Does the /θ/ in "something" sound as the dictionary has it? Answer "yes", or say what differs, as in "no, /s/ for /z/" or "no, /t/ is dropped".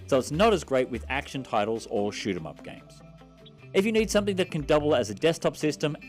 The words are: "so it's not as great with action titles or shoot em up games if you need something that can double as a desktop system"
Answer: yes